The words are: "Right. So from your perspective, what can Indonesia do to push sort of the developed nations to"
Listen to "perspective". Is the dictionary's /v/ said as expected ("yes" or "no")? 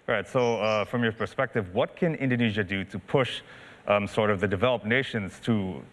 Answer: yes